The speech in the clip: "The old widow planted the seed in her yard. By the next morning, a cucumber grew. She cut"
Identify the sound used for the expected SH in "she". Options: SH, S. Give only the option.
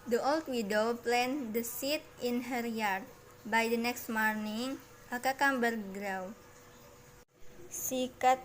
S